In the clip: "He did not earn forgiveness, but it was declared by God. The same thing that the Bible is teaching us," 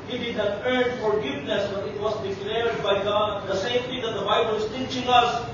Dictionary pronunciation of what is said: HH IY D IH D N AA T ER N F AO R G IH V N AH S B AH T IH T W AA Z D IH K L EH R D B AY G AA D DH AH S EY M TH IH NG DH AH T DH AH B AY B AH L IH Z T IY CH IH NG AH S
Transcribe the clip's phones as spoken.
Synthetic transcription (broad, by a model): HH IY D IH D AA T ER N F AO R G IH V N AH S B AH T IH T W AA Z D IH K L EH R D B AY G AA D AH S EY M T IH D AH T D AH B AY B AH L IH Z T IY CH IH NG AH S